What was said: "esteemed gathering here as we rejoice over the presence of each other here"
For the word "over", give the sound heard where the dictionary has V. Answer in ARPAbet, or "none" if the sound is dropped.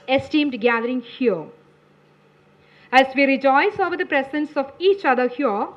V